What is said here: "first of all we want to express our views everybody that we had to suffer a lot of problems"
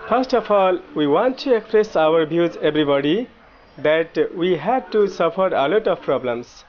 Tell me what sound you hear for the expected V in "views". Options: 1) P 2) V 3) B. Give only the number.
3